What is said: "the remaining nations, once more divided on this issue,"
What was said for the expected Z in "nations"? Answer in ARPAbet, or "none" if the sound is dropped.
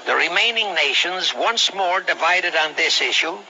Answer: Z